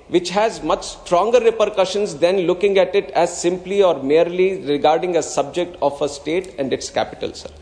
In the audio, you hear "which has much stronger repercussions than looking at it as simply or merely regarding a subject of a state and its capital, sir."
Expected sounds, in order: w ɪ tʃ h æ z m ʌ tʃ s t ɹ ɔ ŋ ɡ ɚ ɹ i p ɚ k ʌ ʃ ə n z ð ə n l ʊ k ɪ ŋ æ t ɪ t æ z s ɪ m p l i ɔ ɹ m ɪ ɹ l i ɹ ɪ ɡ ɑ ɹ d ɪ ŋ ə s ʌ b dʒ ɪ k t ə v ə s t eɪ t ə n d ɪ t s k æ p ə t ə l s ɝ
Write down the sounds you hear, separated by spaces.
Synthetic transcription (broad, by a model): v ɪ tʃ h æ z m ʌ tʃ s t ɹ ɔ ŋ ɡ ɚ ɹ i p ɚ k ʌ ʃ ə n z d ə n l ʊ k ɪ ŋ æ t ɪ t æ z s ɪ m p l i ɔ ɹ m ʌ ɹ l i ɹ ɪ ɡ ɑ ɹ d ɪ ŋ ə s ʌ b dʒ ɪ k t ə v ə s t eɪ t ə n d ɪ t s k æ p ə t ə l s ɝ